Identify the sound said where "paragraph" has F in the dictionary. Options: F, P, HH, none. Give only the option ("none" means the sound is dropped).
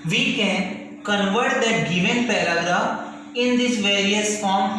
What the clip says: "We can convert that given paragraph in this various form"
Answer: none